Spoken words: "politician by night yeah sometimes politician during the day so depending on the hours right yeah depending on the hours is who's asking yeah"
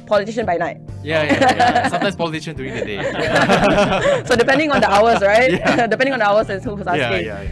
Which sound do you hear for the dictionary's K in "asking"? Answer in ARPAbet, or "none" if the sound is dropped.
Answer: none